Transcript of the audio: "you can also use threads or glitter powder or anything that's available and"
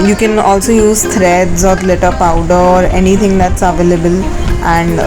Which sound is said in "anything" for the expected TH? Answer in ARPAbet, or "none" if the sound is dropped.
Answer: T